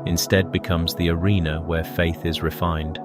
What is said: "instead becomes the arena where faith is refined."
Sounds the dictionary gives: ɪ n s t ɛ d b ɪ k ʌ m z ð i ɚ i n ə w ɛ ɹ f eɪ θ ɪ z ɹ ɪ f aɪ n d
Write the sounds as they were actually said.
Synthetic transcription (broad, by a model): ɪ n s t ɛ d b ɪ k ʌ m z ð i ɚ i n ə w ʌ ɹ f eɪ θ ɪ z ɹ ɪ f aɪ n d